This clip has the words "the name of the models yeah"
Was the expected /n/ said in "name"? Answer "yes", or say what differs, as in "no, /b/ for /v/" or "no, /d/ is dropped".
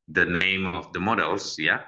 yes